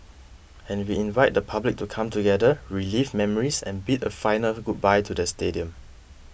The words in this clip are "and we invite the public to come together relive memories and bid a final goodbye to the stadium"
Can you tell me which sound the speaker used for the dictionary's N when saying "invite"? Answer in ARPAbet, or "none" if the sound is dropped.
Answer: N